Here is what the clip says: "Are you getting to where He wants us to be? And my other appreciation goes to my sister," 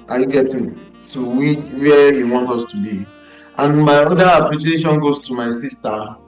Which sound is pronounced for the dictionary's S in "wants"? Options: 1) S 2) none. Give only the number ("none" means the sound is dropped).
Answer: 2